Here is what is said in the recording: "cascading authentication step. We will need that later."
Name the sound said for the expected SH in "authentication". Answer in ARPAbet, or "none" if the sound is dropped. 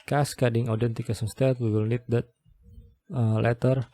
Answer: S